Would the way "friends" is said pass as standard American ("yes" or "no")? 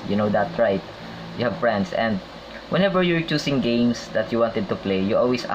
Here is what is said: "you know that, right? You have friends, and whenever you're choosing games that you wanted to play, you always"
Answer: no